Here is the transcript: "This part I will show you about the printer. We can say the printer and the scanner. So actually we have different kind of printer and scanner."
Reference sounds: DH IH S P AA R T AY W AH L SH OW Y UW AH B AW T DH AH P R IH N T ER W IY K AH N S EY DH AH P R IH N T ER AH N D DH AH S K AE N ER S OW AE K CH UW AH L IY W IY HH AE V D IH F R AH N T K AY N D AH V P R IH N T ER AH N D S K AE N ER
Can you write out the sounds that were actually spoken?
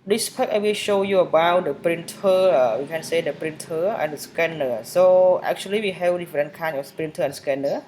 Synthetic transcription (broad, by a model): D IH S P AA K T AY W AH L SH OW Y UW AH B AW T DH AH P R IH N T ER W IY K AH N S EY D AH P R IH N T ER AH N D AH S K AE N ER S OW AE K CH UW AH L IY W IY HH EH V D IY F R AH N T K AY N AH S P R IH N T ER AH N S K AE N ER